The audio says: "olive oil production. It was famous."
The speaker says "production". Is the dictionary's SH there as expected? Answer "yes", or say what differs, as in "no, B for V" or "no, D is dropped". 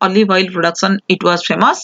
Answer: no, S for SH